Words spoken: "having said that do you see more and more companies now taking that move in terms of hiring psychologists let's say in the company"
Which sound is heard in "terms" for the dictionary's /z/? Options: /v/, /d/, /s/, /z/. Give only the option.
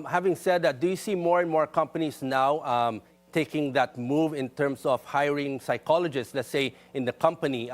/s/